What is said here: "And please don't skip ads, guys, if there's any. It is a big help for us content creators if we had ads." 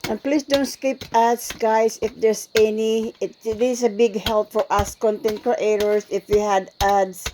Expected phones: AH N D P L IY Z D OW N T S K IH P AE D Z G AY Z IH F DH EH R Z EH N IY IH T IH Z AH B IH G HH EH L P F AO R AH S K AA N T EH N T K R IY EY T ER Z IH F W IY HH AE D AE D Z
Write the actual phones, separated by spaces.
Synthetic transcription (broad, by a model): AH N P L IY S D OW N T S K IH P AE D S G AY S IH F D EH R S EH N IY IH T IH S AH B IH G HH EH L P F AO R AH S K AA N T EH N T K R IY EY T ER S IH F W IY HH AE D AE D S